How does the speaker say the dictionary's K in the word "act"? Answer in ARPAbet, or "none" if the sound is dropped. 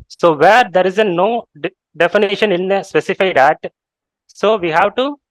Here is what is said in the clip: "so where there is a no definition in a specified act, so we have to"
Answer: none